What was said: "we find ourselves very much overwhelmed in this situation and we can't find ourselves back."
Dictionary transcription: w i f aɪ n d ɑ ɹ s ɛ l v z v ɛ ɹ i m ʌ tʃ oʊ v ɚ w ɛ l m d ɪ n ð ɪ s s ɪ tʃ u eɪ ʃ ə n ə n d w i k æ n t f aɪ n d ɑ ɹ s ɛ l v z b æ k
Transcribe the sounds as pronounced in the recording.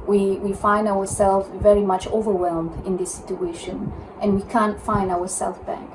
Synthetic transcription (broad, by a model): w i f aɪ n d ɑ ɹ s ɛ l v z v ɛ ɹ i m ʌ tʃ oʊ v ɚ w ɛ l m d ɪ n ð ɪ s s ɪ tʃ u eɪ ʃ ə n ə n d w i k æ n t f aɪ n d ɑ ɹ s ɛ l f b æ k